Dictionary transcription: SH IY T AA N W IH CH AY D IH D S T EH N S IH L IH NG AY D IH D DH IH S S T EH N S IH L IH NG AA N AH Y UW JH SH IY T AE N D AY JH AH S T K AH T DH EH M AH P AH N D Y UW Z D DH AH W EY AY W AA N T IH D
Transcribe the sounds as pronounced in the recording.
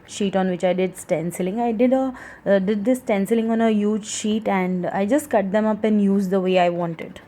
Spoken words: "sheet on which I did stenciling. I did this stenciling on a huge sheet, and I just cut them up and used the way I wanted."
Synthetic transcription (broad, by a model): SH IY T AA N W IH CH AY D IH D S T EH N S IH L IH NG AY D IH D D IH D S T EH N S IH L IH NG AA N AH Y UW JH SH IY T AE N D AY JH AH S T K AH T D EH M AH P AH N D Y UW Z D AH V EY AY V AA N T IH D